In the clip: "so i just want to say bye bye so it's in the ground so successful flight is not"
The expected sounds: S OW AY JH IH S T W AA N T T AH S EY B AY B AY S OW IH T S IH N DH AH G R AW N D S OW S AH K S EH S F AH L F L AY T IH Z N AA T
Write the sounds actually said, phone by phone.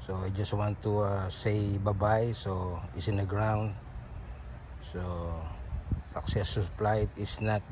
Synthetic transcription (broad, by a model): S OW AY JH IH S T W AA N T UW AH S EY B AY B AY S OW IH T S IH N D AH G R AW N D S OW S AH K S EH S AH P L AY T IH S N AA T